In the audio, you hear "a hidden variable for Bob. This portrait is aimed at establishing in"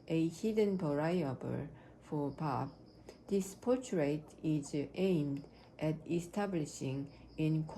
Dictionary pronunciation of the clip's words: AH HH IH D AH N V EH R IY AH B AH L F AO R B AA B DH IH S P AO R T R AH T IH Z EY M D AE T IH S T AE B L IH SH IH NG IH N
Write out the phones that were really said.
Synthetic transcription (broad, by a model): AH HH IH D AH N P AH R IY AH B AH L F AO R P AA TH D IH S P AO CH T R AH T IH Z EY M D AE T IH S T AE B L IH SH IH NG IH N